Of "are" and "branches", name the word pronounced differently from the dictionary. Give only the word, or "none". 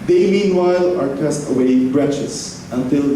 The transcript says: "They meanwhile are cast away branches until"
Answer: branches